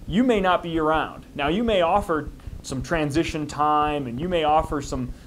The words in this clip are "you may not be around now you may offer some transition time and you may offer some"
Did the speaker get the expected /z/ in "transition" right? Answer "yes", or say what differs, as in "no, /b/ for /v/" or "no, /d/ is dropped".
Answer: yes